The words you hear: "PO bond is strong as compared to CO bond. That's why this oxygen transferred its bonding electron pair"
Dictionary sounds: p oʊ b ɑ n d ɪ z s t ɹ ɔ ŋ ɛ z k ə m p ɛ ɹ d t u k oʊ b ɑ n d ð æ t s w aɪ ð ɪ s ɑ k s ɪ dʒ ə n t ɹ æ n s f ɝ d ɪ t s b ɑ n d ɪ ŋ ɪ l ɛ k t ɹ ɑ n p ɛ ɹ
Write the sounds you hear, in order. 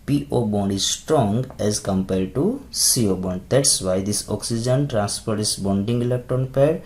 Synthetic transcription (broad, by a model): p oʊ b ɑ n d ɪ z s t ɹ ɔ ŋ ɛ z k ə m p ɛ ɹ d t u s oʊ b ɑ n d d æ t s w aɪ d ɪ s ɑ k s ɪ dʒ ə n t ɹ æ n s p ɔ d t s b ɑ n d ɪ ŋ ɪ l ɛ k t ɹ ɑ n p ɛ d